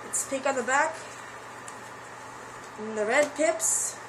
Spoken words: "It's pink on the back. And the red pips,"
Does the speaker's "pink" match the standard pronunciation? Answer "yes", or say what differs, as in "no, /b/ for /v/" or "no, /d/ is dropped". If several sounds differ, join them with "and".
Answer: no, /ŋ/ is dropped